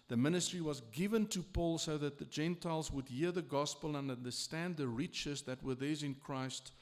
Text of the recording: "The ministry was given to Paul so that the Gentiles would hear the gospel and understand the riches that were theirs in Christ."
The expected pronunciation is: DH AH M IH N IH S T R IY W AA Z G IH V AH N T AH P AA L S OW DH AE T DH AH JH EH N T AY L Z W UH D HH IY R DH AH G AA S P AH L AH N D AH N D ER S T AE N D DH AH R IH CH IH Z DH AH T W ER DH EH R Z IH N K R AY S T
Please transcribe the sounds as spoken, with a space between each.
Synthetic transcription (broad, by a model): DH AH M IH N IH S T R IY W AA Z G IH V AH N T AH P AA L S OW DH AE T DH AH JH EH N T AY L Z W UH D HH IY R DH AH G AA S P AH L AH N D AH N D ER S T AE N D DH AH R IH CH IH Z DH AH T W ER DH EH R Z IH N K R AY S T